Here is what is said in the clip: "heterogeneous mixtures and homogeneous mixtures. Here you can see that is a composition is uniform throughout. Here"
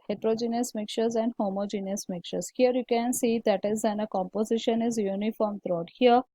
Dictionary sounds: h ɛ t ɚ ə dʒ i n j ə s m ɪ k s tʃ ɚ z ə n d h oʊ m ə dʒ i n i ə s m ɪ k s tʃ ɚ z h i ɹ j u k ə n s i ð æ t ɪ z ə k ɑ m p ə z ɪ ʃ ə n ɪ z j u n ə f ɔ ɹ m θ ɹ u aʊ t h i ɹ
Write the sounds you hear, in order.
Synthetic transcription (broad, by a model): h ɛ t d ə dʒ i n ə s m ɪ k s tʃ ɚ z ə n d h oʊ m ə dʒ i n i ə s m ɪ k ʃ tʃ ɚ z h i ɹ j u k ə n s i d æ t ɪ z ə k ɑ m p ə z ɪ ʃ ə n ɪ z j u n ə f ɔ ɹ m t ɹ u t h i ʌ